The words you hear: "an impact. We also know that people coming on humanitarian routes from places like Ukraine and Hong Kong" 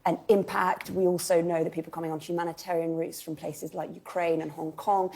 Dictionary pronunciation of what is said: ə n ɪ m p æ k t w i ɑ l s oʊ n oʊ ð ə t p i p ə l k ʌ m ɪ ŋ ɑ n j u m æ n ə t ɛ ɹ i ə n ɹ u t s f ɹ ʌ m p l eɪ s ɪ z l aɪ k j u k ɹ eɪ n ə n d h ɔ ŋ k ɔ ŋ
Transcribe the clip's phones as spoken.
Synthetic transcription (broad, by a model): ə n ɪ m p æ k t w i ɑ l s oʊ n oʊ ð ə t p i p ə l k ʌ m ɪ ŋ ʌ n j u m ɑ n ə t ɛ ɹ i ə n ɹ u t s f ɹ ʌ m p l eɪ s ɪ z l aɪ k j u k ɹ eɪ n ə n h ɔ ŋ k ɔ ŋ